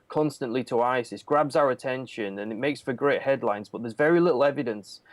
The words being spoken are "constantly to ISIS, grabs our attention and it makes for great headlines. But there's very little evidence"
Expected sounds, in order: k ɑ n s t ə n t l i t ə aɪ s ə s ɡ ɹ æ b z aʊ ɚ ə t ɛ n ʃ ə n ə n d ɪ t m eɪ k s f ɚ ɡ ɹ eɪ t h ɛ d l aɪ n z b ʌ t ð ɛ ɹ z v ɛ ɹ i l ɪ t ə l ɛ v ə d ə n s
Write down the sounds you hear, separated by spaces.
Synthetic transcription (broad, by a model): k ɑ n s t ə n t l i t ə aɪ s ə s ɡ ɹ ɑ b z aʊ ɚ ə t ɛ n ʃ ə n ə n ɪ t m eɪ k s f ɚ ɡ ɹ eɪ t h ɛ d l aɪ n z b ʌ t ð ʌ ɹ z v ɛ ɹ i l ɪ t l ɛ v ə d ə n s